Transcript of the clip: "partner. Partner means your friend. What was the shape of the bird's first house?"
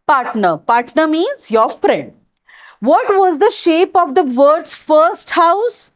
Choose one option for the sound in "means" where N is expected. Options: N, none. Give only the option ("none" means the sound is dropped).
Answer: none